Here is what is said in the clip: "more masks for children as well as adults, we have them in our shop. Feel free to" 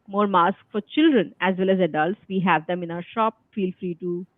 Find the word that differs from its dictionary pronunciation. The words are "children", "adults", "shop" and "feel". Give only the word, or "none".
none